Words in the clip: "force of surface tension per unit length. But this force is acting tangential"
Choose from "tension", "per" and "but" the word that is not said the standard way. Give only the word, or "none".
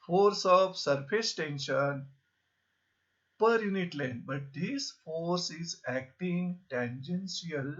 none